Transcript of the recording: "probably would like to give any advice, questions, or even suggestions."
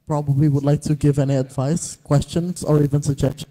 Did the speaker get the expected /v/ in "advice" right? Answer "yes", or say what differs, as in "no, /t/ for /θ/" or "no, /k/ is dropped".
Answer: yes